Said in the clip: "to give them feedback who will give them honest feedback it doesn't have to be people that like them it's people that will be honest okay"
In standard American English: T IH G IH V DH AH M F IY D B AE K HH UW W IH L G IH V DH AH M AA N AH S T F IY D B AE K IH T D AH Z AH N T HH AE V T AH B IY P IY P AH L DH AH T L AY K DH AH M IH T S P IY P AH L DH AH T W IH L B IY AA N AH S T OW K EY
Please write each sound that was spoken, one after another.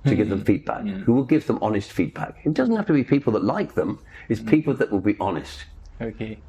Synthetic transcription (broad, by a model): T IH G IH V DH AH M F IY D B AE K HH UW W IH L G IH V DH AH M AA N AH S T F IY D B AE K IH T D AH Z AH N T HH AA F T AH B IY P IY P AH L DH AH T L AY K DH AH M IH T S P IY P AH L DH AH T W IH L B IY AA N AH S T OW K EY